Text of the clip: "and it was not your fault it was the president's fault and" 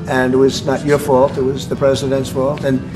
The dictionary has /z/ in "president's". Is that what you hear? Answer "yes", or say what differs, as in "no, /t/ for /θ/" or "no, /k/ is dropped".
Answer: yes